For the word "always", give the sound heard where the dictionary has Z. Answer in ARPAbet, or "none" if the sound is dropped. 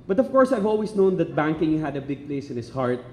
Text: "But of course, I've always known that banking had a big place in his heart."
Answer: S